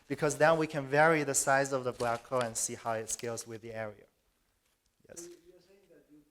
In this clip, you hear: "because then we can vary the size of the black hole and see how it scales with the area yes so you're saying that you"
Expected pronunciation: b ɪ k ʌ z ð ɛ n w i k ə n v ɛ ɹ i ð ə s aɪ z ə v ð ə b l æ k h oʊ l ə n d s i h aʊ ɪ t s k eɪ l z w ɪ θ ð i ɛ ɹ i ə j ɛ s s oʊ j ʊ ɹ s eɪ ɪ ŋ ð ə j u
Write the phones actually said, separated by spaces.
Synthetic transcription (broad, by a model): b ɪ k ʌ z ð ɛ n w i k ə n v ɛ ɹ i ð ə s aɪ z ə v ð ə b l æ k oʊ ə n s i h aʊ ɪ t s k eɪ l z w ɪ ð i ɛ ɹ i ə j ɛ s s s